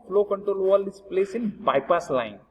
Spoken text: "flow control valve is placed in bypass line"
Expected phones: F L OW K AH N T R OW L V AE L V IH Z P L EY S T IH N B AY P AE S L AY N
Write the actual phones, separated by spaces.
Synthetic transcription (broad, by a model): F L OW K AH N T R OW L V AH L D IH S P L EY S IH N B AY P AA S L AY N